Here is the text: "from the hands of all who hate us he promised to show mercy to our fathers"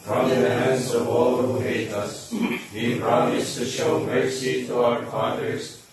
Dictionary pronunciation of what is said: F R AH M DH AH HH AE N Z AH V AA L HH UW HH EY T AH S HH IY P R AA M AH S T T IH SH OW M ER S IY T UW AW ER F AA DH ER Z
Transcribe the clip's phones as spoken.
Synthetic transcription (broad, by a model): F R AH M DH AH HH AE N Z AH V AA L HH UW HH EY T AH S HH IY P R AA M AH S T T IH SH OW M ER S IY T UW AW ER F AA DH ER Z